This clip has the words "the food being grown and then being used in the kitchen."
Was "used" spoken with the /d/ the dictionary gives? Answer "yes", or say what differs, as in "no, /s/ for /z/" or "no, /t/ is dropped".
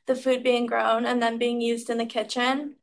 yes